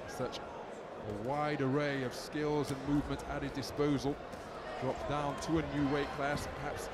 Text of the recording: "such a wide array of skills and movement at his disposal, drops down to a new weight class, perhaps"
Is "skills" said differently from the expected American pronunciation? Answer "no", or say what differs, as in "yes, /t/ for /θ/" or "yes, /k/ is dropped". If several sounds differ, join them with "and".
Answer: no